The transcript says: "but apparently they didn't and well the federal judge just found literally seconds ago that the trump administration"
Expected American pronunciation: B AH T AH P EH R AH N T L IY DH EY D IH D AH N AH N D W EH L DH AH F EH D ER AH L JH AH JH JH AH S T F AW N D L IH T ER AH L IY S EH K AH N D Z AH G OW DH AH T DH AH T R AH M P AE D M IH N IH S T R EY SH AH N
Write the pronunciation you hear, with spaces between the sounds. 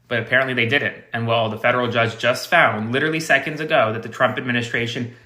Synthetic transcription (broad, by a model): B AH T AH P EH R AH N T L IY DH EY D IH D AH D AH N W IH L DH AH F EH D ER L JH AH JH JH AH S T F AW N D L IH T ER L IY S EH K AH N D Z AH G OW DH AH T DH AH T R AH M P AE D M IH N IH S T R EY SH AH N